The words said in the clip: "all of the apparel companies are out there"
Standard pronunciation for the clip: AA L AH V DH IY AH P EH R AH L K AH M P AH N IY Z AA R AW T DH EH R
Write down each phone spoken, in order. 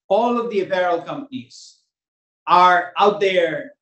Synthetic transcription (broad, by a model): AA L AH V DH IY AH B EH R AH L K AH M P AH N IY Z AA R AW T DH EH R